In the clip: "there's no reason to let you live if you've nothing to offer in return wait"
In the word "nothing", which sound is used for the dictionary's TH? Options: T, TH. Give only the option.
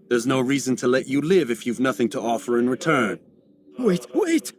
TH